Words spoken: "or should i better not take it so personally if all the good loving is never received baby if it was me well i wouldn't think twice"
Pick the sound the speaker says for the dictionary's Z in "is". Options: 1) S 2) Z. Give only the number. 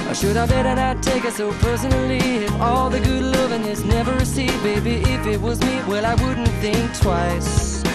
1